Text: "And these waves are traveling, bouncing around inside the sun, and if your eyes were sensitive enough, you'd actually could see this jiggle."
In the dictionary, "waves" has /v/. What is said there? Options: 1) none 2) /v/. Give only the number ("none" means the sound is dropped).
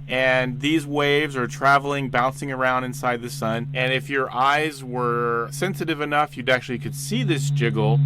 2